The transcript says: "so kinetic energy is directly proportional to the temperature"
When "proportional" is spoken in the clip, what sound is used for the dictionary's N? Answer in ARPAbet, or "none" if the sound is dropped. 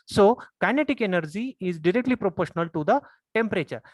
N